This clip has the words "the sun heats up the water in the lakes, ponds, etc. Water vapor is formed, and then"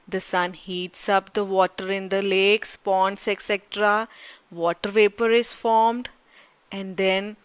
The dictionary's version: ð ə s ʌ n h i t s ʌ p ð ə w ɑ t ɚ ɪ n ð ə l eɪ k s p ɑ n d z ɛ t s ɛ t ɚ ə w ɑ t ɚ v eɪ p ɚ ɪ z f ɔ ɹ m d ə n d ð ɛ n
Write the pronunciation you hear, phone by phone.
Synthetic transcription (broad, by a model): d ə s ʌ n h i t s ʌ p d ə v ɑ t ɚ ɪ n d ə l eɪ k s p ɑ n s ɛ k s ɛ t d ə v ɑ t ɚ v eɪ p ɚ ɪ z f ɔ ɹ m d ə n d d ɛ n